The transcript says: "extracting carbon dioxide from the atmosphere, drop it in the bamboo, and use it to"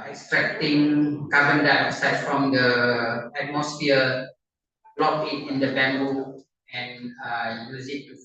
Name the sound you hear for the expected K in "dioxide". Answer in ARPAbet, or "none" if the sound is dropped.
none